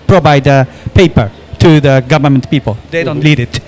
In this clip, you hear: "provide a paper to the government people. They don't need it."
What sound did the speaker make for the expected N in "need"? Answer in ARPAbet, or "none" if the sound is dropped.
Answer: L